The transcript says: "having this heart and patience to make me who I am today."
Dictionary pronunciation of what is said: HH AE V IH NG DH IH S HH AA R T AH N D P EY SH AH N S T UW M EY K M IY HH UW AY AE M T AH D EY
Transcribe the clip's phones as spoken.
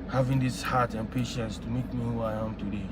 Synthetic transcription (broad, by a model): HH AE V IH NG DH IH S HH AA T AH N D P EY SH AH N S T UW M EY K M IY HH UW AY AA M T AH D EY